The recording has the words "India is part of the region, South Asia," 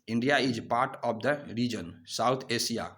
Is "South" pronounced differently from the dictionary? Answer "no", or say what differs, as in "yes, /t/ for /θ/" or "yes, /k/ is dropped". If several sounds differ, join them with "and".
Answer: yes, /t/ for /θ/